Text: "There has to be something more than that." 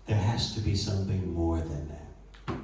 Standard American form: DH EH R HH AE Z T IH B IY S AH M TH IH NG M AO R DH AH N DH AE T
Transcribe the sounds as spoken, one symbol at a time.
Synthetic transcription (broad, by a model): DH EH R HH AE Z T IH B IY S AH M TH IH NG M AO R DH AH N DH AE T